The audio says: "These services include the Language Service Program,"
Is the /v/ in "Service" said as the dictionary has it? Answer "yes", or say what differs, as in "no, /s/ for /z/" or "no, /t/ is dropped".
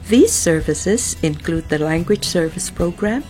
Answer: yes